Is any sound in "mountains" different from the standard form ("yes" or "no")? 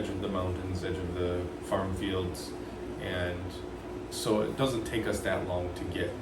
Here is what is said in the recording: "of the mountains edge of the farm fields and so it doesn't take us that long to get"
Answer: no